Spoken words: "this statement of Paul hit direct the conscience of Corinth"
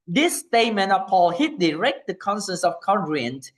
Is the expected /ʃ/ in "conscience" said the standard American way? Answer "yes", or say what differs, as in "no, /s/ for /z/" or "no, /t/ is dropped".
no, /s/ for /ʃ/